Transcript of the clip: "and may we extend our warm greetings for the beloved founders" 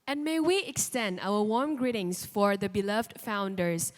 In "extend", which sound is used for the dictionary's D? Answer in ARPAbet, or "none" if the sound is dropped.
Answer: D